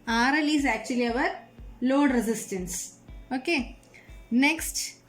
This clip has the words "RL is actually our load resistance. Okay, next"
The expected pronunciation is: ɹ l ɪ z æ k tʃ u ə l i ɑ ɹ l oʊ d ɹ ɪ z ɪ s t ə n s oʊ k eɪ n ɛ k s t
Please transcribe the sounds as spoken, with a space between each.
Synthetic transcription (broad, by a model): ɹ l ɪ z æ k tʃ u ə l i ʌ ɹ l oʊ d ɹ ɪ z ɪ s t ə n s oʊ k eɪ n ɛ k s t